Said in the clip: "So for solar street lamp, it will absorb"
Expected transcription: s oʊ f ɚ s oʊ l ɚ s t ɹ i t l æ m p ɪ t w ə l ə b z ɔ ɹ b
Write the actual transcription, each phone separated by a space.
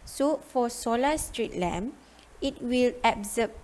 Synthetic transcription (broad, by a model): s oʊ f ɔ s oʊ l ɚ s t ɹ i t l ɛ m ɪ t w ə l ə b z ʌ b